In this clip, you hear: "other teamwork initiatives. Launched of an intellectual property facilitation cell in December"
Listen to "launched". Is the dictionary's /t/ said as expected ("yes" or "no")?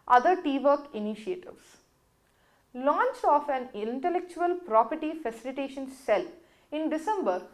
no